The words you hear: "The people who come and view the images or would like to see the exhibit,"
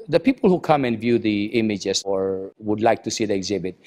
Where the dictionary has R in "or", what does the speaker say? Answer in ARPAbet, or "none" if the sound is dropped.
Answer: R